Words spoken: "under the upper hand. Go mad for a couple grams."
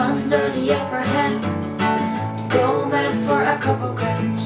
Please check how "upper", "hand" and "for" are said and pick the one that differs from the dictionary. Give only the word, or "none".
hand